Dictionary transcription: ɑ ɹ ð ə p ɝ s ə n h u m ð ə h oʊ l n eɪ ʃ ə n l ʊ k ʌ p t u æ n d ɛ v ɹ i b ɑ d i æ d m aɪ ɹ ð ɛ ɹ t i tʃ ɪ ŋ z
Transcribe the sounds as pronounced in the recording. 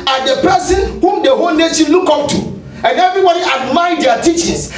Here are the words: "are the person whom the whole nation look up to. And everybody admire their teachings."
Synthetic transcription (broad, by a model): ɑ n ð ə p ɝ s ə n h u m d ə h oʊ l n eɪ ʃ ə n l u k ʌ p t u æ n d ɛ v ɹ i b ɑ d i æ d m aɪ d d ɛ t i tʃ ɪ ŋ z